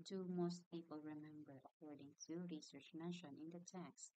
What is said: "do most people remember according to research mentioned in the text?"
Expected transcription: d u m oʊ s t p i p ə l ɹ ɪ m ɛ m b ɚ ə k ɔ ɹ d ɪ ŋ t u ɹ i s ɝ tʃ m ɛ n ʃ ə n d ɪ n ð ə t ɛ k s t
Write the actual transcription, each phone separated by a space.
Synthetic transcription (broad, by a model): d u m oʊ s t p i p ə l ɹ ɪ m ɛ m b ɚ ə k ɔ ɹ d ɪ ŋ t u ɹ i s ɝ tʃ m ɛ ʃ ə n ɪ n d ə t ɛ k s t